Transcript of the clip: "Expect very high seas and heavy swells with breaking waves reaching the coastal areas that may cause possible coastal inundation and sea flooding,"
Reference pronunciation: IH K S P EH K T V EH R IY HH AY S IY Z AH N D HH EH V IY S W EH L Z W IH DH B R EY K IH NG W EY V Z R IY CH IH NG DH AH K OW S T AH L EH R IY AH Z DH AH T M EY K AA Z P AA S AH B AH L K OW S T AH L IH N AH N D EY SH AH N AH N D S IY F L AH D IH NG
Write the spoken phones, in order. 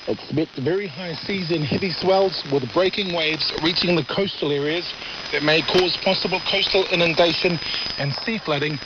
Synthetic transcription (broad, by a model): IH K S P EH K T V EH R IY HH AY S IY Z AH N HH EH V IY S W EH L Z W IH DH B R EY K IH NG W EY V Z R IY CH IH NG DH AH K OW S T AH L EH R IY AH Z DH AH T M EY K AA Z P AA S AH B AH L K OW S T AH L IH N AH N D EY SH AH N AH N S IY F L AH D IH NG